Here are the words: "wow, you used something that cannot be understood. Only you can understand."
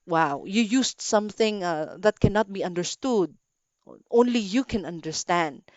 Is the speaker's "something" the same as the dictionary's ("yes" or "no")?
yes